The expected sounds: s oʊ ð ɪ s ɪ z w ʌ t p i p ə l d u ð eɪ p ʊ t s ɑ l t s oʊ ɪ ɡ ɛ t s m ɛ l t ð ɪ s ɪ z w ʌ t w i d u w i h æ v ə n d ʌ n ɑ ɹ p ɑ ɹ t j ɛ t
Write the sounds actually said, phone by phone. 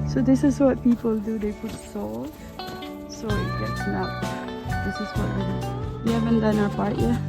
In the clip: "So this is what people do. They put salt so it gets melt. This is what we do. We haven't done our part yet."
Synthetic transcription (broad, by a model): s oʊ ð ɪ s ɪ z w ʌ t p i p ə l d u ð eɪ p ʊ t s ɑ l s oʊ ɪ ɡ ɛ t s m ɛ t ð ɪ s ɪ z w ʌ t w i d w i h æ v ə n d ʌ n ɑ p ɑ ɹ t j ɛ